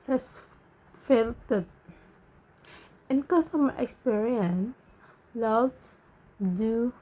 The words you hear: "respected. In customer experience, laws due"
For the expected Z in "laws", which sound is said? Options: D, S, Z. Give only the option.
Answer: S